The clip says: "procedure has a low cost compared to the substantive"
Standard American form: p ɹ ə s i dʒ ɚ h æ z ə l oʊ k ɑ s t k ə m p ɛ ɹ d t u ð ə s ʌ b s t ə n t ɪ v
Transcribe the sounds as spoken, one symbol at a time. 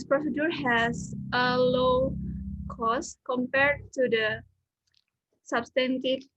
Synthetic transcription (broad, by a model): p ɹ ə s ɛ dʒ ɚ h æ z ə l oʊ k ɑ s k ə m p ɛ ɹ d t u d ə s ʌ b s t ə n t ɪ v